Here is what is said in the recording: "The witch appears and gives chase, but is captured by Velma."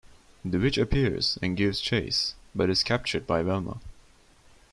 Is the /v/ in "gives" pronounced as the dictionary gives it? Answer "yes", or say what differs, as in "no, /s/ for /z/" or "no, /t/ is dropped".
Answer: yes